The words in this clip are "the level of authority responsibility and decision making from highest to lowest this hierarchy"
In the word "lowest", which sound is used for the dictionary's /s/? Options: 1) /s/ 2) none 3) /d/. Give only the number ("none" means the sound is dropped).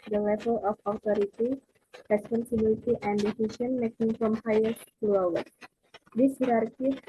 2